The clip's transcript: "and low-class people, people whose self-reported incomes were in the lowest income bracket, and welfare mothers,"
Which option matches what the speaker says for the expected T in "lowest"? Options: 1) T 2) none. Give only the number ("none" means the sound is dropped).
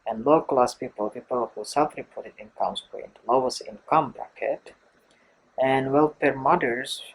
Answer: 2